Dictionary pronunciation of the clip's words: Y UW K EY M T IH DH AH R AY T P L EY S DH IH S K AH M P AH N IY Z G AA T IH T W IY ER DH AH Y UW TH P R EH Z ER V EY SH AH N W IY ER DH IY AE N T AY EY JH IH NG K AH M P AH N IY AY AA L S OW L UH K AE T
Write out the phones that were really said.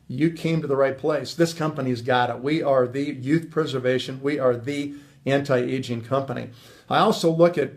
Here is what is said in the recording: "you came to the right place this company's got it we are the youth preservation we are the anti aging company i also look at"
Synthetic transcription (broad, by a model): Y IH K EY M T IH DH AH R AY T P L EY S DH IH S K AH M P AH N IY Z G AA T IH T W IY ER DH AH Y UW TH P R EH Z ER V EY SH AH N W IY ER DH IY AE N T AY EY JH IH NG K AH M P AH N IY AY AA L S OW L UH K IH T